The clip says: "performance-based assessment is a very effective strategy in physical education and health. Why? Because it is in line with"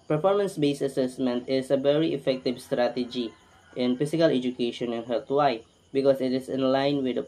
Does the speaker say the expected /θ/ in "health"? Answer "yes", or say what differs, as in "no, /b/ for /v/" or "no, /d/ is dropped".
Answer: no, /t/ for /θ/